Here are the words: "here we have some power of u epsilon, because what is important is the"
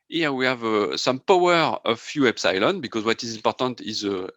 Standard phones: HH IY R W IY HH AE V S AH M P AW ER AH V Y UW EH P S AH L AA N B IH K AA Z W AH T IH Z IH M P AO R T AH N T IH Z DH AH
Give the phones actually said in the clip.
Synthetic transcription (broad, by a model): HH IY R W IY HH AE V S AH M P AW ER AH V Y UW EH B S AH L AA N B IH K AA Z W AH T IH Z IH M P AO R T AH N T IH Z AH